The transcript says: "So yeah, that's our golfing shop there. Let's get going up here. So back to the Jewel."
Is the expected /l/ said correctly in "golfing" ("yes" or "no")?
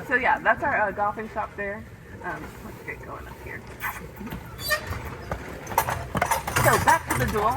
no